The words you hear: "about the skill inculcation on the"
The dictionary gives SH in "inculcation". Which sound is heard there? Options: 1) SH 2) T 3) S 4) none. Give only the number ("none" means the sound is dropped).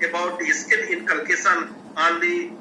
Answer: 3